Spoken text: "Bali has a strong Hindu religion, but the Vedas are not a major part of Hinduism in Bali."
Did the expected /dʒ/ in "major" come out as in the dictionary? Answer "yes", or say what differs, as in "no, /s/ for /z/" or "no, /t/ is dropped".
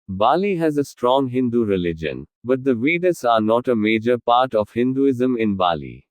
yes